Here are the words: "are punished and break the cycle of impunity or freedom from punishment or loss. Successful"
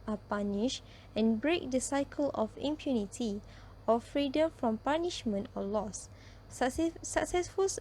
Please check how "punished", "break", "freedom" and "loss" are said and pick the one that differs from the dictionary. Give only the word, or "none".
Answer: punished